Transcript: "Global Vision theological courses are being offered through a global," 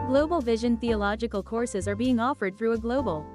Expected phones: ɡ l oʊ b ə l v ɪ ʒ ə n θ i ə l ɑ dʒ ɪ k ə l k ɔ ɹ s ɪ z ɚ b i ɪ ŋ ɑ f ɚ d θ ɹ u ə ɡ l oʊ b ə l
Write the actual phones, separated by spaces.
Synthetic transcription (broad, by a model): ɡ l oʊ b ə l v ɪ ʒ ə n θ i ə l ɑ dʒ ɪ k ə l k ɔ ɹ s ɪ z ɚ b i ɪ ŋ ɑ f ɚ d θ ɹ u ə ɡ l oʊ b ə l